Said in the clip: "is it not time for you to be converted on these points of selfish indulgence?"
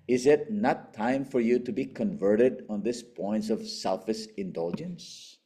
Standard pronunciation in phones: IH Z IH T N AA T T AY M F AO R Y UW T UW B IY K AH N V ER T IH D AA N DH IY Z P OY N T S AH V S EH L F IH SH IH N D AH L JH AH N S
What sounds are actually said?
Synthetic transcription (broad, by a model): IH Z IH T N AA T T AY M F AO R Y UW T UW B IY K AH N V ER T IH D AA N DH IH S P OY N T S AH V S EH L F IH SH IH N D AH L JH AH N S